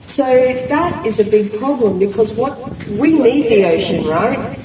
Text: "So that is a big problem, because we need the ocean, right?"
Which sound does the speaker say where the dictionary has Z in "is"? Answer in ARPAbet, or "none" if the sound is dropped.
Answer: Z